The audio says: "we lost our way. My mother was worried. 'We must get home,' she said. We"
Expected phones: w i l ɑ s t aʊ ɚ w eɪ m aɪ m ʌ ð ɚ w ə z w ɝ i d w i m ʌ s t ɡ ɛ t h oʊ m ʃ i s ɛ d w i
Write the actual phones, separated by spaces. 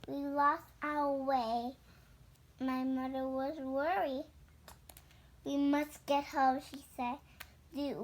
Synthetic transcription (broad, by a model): w i l ɑ s t aʊ ɚ w eɪ m aɪ m ʌ ð ɚ w ə z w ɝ i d w i m ʌ s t ɡ ɛ t h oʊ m ʃ i s ɛ d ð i